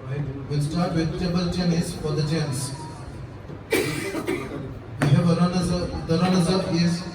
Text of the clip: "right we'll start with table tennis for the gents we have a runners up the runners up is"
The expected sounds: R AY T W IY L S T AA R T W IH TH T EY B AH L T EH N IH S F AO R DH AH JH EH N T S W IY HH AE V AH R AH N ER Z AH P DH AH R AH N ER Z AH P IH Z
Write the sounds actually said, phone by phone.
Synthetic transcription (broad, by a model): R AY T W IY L S T AA R T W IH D T EY B AH L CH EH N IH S F AO R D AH CH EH N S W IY HH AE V AH R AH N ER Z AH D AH R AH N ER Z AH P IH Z